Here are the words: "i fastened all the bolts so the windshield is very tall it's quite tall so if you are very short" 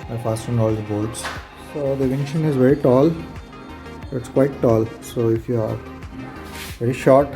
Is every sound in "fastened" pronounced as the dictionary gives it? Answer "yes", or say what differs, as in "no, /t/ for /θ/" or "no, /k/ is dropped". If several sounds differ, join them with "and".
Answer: no, /d/ is dropped